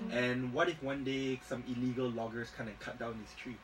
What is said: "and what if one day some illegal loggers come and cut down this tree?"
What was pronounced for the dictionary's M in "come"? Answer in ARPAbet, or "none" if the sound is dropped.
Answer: none